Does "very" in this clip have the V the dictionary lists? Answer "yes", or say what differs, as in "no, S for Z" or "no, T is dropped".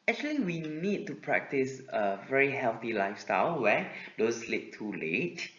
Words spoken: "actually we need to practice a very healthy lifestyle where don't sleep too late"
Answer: yes